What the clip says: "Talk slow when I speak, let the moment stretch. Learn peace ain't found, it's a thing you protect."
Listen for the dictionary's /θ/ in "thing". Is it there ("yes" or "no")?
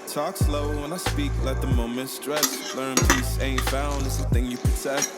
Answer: yes